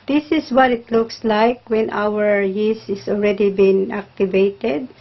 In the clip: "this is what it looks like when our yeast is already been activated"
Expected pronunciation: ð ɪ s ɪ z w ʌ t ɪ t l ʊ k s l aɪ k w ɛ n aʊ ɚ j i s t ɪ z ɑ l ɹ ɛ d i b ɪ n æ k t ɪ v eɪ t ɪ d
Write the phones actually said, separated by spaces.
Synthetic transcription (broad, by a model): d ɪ s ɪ s w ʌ t ɪ t l ʊ k s l aɪ k w ɛ n aʊ ɚ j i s ɪ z ɑ l ɹ ɛ d i b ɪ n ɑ k t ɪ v eɪ t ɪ d